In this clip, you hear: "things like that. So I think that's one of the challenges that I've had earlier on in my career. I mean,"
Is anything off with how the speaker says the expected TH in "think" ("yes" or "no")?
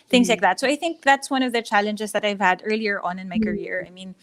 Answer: no